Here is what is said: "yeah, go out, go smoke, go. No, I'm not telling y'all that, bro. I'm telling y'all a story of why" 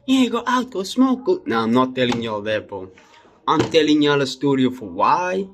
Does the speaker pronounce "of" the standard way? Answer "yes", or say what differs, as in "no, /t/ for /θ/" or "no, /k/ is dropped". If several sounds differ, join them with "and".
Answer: no, /f/ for /v/